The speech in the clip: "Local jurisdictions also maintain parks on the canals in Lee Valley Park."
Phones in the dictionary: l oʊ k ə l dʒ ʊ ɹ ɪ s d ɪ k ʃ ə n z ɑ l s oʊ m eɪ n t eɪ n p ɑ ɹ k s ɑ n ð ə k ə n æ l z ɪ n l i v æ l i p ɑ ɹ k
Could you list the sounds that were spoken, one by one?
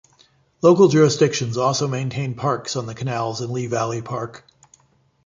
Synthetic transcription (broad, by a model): l oʊ k l dʒ ʊ ɹ ɪ s d ɪ k ʃ ə n z ɑ l s oʊ m eɪ n t eɪ n p ɑ ɹ k s n ð ə k ə n æ l z ɪ n l i v æ l i p ɑ ɹ k